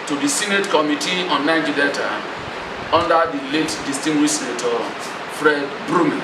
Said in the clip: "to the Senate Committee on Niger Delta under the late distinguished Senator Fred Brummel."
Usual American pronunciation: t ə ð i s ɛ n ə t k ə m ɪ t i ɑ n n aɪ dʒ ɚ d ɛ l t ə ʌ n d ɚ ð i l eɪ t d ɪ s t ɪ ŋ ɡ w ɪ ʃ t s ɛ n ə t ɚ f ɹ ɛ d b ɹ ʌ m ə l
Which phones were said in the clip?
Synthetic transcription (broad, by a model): t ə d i s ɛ n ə t k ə m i t i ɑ n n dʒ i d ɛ t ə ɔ n d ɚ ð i l eɪ t d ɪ s t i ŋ ɡ w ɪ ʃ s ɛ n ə t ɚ f ɹ ɛ d b ɹ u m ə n